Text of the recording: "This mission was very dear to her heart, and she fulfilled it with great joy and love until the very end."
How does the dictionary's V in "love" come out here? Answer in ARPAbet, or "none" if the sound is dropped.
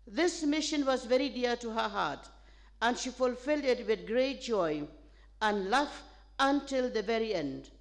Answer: F